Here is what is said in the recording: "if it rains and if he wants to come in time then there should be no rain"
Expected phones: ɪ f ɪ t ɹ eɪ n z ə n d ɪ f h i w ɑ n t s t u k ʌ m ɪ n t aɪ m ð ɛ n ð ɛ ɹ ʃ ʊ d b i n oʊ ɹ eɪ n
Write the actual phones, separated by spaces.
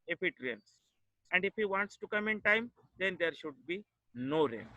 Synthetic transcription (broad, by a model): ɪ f ɪ t ɹ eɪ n s ə n d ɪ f h i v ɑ n t s t u k ʌ m ɪ n t aɪ m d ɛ n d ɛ ɹ ʃ ʊ d b i n oʊ ɹ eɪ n